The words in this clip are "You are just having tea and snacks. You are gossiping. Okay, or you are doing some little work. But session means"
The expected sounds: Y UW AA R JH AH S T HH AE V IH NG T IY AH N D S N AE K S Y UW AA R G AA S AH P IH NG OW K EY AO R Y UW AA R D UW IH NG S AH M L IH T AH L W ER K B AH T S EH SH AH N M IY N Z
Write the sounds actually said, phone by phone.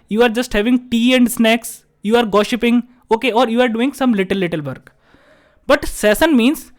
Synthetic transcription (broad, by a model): Y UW AA R JH AH S T HH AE V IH NG T IY AH N D S N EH K S Y UW AA R G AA SH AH P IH NG OW K EY AO R Y UW AA R D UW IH NG S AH M L IH T AH L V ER K B AH T S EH S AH N M IY N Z